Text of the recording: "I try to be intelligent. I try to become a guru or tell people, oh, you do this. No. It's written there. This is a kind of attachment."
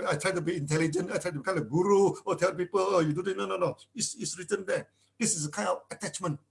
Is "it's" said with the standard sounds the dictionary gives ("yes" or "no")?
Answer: no